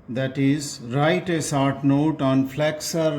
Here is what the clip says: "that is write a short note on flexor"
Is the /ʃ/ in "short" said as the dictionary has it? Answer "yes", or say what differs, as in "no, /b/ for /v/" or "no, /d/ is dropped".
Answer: no, /s/ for /ʃ/